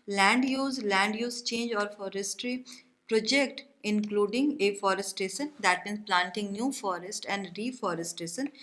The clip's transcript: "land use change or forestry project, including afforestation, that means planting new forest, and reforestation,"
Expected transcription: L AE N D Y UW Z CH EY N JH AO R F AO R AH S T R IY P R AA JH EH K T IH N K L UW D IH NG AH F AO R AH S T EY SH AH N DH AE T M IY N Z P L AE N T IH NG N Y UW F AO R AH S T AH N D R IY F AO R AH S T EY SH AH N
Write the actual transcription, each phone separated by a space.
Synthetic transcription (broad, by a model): L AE N D Y UW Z CH EY N JH AO R F AO R AH S T R IY P R AA JH EH K T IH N K L UW D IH NG AH F AO R AH S T EY SH AH N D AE T M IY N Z P L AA N T IH NG N Y UW F AO R AH S T AH N D R IY F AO R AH S T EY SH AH N